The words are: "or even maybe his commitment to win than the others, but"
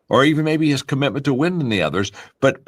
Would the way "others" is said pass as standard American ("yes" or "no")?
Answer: yes